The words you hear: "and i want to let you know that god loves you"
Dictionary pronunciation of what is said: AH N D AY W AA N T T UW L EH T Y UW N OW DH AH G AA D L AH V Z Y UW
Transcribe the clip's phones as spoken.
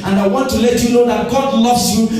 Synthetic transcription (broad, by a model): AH N D AY W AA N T T UW L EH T Y UW L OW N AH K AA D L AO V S Y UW